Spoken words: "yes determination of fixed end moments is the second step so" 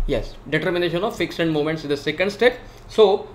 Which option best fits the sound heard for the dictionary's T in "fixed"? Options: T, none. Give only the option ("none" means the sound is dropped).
none